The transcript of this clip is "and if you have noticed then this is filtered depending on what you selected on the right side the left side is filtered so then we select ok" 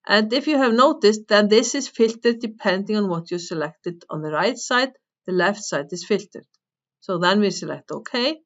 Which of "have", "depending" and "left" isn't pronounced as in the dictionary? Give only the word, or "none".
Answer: none